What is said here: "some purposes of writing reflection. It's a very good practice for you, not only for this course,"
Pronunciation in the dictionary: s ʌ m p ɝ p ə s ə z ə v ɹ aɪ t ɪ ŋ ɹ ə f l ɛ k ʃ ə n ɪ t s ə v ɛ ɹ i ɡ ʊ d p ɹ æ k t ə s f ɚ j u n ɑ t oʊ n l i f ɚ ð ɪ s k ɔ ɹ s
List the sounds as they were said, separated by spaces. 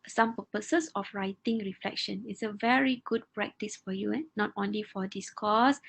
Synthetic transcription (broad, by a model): s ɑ m p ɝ p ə s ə s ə f ɹ aɪ t ɪ ŋ ɹ ə f l ɛ k ʃ ə n ɪ t s ə v ɛ ɹ i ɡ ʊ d p ɹ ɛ k t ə s f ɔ j u n ɑ t oʊ n l i f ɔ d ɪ s k ɔ s